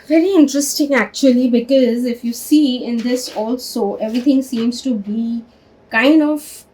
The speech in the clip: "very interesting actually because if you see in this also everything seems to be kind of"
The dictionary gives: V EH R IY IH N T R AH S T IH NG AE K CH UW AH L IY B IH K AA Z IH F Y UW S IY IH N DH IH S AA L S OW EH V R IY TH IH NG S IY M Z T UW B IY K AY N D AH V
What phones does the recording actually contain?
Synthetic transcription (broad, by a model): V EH R IY IH N T R AH S T IH NG AE K CH UW AH L IY B IH K AA Z IH F Y UW S IY IH N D IH S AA L S OW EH V R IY T IH NG S IY M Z T UW B IY K AY N D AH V